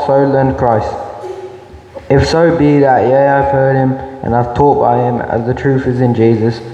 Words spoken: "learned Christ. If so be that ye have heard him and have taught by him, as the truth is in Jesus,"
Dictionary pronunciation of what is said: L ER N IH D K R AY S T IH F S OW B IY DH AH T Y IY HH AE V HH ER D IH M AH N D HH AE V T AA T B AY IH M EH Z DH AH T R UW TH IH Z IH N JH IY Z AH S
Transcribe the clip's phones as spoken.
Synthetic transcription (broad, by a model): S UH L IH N K R AY S T IH F S OW B IY DH AH T Y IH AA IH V HH ER D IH M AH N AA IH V T AA T B AY IH M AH Z DH AH T R UW TH IH Z IH N JH IY Z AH S